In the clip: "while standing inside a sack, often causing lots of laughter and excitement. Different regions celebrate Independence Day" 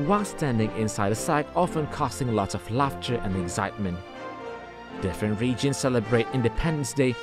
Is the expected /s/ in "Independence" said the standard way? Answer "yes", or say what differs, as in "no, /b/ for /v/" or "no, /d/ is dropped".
yes